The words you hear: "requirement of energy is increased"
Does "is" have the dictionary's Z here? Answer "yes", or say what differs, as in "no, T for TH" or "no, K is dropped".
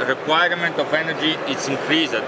no, S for Z